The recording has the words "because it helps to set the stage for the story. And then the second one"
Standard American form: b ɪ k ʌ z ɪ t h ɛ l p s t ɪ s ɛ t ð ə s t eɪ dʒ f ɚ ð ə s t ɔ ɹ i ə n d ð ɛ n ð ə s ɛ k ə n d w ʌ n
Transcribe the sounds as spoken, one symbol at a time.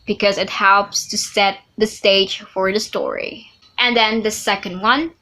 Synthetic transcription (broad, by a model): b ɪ k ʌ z ɪ t h ɛ l p s t ɪ s ɛ t ð ə s t eɪ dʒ f ɚ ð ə s t ɔ ɹ i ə n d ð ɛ n ð ə s ɛ k ə n d w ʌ n